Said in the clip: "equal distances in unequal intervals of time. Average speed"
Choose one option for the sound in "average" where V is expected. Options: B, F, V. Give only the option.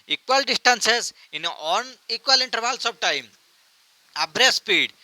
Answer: B